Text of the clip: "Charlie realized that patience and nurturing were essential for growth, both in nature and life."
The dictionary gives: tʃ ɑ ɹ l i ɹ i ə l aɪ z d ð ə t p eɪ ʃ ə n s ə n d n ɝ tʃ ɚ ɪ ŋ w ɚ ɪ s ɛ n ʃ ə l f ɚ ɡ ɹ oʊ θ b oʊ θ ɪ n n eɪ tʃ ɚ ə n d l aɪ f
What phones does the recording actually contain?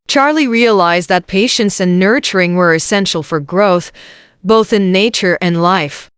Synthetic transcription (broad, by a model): tʃ ɑ ɹ l i ɹ i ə l aɪ z ð ə t p eɪ ʃ ə n s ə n n ɝ tʃ ɚ ɪ ŋ w ɚ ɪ s ɛ n ʃ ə l f ɚ ɡ ɹ oʊ θ b oʊ θ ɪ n n eɪ tʃ ɚ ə n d l aɪ f